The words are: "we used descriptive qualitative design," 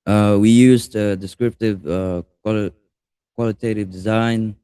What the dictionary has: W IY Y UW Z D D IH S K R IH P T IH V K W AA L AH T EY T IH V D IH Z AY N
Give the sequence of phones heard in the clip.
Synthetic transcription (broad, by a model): W IY Y UW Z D D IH S K R IH P T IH V K W AA L AH T EY T IH V D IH Z AY N